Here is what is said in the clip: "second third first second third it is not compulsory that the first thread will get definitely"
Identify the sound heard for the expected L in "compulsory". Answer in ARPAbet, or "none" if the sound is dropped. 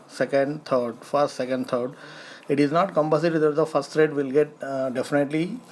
none